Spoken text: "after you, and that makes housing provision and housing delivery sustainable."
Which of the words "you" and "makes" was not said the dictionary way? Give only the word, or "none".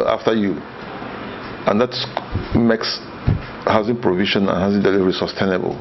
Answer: none